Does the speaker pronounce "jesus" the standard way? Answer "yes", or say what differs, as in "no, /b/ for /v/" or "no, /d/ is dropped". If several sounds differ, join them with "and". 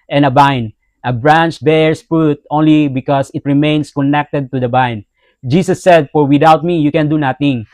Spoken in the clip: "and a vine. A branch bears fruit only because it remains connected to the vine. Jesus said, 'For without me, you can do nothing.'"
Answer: no, /s/ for /z/